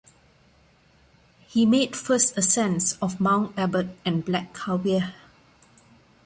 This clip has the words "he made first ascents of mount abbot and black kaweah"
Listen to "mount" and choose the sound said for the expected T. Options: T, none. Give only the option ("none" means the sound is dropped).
none